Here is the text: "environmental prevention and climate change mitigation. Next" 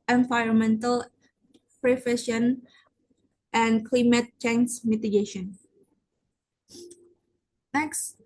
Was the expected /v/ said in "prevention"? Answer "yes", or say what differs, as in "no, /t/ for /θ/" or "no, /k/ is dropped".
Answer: no, /f/ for /v/